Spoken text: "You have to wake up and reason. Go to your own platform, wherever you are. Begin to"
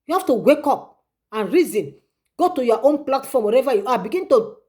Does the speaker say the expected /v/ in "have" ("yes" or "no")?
no